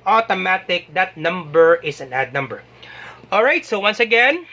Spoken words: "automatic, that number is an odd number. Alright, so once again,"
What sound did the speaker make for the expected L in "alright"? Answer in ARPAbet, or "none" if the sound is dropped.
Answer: L